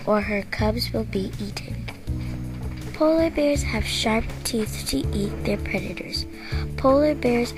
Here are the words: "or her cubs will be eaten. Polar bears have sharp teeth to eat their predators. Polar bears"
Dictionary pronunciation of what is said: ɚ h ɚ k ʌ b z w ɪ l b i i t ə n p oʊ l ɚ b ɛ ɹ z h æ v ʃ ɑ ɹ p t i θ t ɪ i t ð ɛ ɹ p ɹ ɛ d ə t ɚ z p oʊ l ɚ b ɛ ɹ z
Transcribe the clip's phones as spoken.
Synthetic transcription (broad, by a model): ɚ h ɚ k ʌ b z w ɪ l b i i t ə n p oʊ l ɚ b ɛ ɹ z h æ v ʃ ɑ ɹ p t i θ t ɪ i t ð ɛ ɹ p ɹ ɛ d ə t ɚ z p oʊ l ɚ b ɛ ɹ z